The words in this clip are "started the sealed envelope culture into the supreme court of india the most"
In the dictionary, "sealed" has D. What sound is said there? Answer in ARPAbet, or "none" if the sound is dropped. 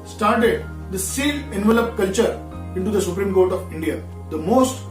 none